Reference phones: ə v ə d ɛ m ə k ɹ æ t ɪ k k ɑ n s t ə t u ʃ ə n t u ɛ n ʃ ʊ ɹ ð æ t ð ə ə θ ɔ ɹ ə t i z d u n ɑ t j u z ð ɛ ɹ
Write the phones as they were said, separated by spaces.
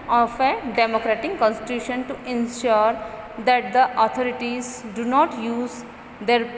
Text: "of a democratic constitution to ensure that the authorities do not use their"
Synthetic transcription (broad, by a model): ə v ə d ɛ m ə k ɹ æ t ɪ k k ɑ n s t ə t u ʃ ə n t u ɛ n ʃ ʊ ɹ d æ t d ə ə t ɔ ɹ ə t i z d u n ɑ t j u z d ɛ ɹ